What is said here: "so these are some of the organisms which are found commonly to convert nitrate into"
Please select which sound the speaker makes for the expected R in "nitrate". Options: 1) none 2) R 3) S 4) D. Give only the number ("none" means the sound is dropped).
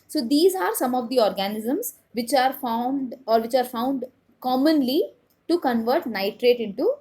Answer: 2